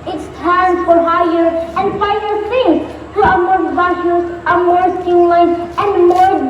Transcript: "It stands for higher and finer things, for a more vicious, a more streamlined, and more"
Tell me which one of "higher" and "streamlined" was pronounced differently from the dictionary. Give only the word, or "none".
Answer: streamlined